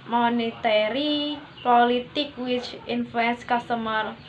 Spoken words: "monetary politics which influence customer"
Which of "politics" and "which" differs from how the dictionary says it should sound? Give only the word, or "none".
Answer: politics